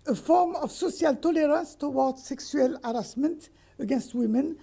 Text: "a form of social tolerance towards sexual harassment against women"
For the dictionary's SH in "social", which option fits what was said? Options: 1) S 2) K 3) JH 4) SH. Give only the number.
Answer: 1